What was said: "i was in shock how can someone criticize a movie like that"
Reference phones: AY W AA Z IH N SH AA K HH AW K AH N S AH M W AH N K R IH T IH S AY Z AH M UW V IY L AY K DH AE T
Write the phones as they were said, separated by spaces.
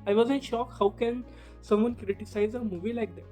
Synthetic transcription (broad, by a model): AY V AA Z IH N SH AA K HH AW K AH N S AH M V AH N K R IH T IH S AY Z AH M UW V IY L AY K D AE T